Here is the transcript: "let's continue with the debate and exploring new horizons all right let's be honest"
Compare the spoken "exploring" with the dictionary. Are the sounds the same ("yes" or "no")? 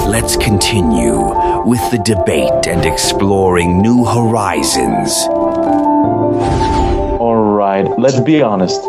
yes